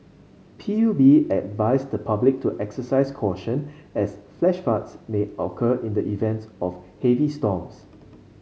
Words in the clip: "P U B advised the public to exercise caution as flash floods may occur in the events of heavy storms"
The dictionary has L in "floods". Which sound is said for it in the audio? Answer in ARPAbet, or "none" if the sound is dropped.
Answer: none